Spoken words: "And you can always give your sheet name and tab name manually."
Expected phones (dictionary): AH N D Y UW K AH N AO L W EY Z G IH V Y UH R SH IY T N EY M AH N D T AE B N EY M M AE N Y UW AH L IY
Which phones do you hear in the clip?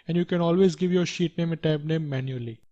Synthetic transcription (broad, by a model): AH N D Y UW K AH N AO L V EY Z G IH V Y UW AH SH IY T N EY M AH T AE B N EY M M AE N Y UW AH L IY